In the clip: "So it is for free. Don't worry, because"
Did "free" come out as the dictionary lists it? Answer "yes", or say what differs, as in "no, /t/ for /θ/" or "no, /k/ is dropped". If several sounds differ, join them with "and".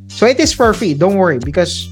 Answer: no, /ɹ/ is dropped